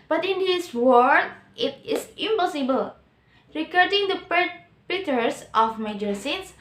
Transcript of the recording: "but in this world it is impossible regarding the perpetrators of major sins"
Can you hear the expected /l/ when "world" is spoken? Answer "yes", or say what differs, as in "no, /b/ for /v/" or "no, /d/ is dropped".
no, /l/ is dropped